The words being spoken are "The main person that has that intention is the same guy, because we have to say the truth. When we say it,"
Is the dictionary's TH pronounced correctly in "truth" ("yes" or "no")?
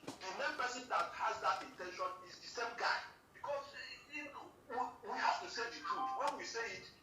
no